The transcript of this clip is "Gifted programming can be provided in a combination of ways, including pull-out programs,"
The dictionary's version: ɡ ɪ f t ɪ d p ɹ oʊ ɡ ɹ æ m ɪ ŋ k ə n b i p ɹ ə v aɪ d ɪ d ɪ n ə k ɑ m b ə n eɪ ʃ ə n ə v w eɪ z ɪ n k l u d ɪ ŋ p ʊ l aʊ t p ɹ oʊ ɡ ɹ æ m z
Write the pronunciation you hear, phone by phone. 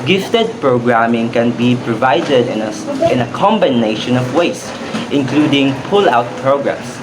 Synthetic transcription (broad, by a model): ɡ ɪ f t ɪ d p ɹ oʊ ɡ ɹ æ m ɪ ŋ k ə n b i p ɹ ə v aɪ d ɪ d ɪ n ə k ɑ m b ə n eɪ ʃ ə n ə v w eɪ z ɪ n k l u d ɪ ŋ p ʊ l aʊ t p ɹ oʊ ɡ ɹ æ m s